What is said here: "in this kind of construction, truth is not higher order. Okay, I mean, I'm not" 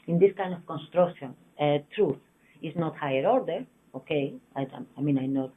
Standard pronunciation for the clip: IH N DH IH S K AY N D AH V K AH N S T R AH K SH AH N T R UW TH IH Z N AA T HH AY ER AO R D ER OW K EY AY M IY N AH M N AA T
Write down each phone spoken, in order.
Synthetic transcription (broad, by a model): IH N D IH S K AY N D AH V K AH N S T R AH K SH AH N T R UW TH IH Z N AA T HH AY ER AO R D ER OW K EY AY M IY N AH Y N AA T